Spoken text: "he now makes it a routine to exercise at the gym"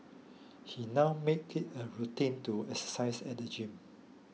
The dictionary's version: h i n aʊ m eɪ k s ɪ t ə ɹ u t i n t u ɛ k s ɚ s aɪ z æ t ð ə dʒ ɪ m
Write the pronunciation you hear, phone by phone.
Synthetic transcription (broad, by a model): h i n aʊ m eɪ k ɪ t ə ɹ u t i n t u ɛ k s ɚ s aɪ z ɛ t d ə dʒ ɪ m